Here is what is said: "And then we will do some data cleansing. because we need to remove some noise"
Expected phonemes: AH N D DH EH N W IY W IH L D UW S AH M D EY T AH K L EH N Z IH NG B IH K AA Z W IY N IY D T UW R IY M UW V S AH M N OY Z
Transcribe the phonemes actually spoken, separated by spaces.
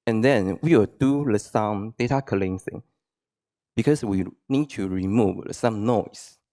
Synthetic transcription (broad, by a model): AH N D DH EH N W IY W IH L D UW S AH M D EY T AH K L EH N S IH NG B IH K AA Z W IY N IY D T UW R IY M UW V S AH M N OY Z